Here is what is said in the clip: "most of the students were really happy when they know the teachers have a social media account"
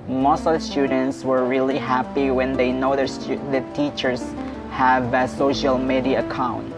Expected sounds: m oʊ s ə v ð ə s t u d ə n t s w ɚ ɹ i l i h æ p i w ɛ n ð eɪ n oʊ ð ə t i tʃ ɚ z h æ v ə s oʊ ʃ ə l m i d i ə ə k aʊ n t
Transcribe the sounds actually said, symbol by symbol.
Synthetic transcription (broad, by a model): m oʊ s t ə s t u d ə n t s w ɚ ɹ i l i h æ p i w ɛ n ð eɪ n oʊ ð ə t i tʃ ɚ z h æ v ə s oʊ ʃ ə l m i d i ə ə k aʊ n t